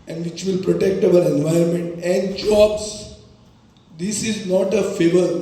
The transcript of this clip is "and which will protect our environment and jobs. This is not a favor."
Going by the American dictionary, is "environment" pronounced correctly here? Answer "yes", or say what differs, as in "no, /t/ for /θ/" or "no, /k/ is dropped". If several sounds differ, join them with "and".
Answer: no, /ɹ/ is dropped